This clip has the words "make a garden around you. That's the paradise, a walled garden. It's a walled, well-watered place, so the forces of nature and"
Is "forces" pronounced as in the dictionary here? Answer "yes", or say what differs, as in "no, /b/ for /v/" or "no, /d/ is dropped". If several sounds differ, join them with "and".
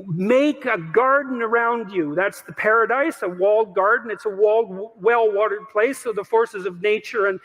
yes